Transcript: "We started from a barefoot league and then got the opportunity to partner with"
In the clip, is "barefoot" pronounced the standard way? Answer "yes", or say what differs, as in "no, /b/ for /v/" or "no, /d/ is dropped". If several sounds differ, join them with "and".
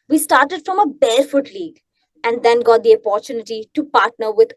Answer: no, /l/ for /ɹ/